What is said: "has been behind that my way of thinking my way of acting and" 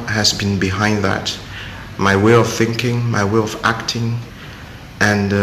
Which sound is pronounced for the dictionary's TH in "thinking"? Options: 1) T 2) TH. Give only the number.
2